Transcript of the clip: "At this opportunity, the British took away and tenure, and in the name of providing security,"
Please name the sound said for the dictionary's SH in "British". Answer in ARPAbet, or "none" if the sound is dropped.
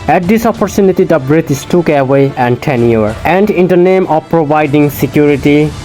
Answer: S